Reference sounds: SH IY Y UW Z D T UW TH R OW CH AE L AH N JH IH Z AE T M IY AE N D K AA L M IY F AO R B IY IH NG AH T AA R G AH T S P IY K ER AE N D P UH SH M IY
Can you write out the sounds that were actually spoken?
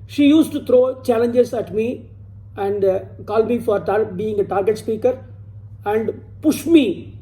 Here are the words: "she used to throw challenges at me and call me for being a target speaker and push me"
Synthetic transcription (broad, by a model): SH IY Y UW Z T UW T R OW CH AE L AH N JH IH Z AE T M IY AE N D K AA L M IY F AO R B IY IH NG AH T AA R G AH T S P IY K ER AE N D P UH SH M IY